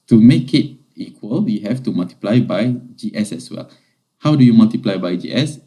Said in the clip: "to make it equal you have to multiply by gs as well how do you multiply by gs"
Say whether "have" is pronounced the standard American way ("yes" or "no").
no